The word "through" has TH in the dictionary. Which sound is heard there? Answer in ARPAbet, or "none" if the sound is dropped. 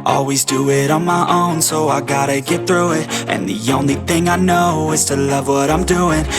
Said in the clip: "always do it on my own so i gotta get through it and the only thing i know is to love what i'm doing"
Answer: TH